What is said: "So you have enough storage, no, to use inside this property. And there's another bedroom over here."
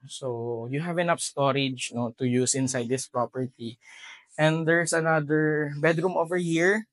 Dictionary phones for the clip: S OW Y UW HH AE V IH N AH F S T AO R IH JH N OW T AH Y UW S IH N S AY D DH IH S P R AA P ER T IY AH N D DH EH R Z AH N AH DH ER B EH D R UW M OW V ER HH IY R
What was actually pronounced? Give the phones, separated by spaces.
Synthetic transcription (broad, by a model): S OW Y UW HH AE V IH N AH P S T AO R IH JH N OW T AH Y UW S IH N S AY D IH S P R AA P ER T IY AH N D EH R S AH N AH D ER B EH D R UW M OW V ER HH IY R